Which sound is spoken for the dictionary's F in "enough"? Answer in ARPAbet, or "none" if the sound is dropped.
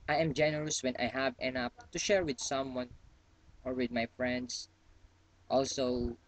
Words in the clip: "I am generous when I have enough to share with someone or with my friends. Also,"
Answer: P